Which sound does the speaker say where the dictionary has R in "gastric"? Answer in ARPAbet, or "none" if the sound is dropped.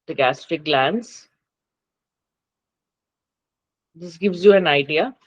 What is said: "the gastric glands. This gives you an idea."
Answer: none